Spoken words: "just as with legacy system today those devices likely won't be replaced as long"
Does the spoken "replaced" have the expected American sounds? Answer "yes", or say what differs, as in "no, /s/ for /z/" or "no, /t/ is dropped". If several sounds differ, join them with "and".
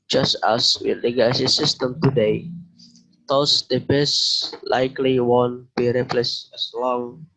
no, /t/ is dropped